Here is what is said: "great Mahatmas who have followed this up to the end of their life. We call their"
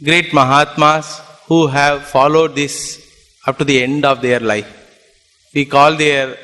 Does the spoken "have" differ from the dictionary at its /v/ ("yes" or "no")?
no